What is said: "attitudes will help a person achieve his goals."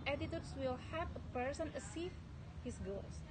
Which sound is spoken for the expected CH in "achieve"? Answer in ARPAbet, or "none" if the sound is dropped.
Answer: S